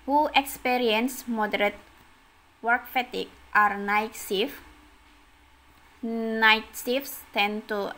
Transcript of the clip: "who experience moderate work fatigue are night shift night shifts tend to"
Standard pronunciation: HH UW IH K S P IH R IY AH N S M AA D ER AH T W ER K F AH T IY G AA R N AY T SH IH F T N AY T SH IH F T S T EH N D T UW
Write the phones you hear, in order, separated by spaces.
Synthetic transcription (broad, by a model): HH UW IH K S P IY R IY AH N S M AA D ER AH T W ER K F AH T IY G AA R N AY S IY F N AY T S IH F S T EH N T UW